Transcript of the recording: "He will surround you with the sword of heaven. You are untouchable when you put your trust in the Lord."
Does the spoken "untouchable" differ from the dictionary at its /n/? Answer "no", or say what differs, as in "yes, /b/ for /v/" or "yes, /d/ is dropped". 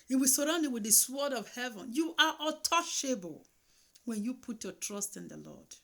yes, /n/ is dropped